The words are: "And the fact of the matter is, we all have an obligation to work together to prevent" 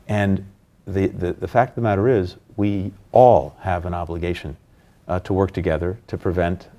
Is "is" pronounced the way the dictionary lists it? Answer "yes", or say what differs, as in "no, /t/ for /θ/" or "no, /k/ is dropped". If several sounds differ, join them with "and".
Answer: yes